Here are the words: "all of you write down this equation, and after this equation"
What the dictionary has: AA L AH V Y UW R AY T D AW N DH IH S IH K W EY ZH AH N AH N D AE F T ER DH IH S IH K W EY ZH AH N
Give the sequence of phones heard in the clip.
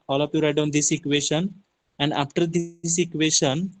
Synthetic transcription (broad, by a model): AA L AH P Y UW R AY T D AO N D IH S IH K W EY SH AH N AH N D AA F T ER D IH S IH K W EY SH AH N